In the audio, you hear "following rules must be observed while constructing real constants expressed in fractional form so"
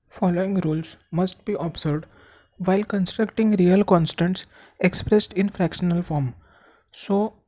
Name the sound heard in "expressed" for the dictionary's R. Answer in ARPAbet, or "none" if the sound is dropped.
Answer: R